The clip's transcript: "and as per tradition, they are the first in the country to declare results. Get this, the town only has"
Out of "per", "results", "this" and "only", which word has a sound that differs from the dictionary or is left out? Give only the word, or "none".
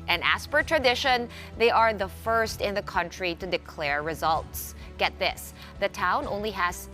none